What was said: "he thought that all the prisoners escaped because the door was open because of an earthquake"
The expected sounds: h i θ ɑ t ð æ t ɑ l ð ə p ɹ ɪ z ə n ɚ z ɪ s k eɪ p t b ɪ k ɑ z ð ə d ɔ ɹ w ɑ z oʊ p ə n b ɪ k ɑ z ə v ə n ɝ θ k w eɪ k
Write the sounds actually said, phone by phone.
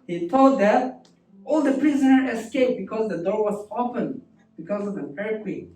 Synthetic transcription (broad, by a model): h i t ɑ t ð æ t ɑ l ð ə p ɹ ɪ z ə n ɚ ɪ s k eɪ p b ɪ k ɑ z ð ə d ɔ ɹ w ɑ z oʊ p ə n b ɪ k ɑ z ə v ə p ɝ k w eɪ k